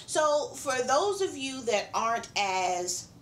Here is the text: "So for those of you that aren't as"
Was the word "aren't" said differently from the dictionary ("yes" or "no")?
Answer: no